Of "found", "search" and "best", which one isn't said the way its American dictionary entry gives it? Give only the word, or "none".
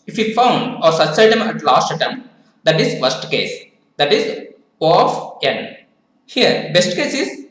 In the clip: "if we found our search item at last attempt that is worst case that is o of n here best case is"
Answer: search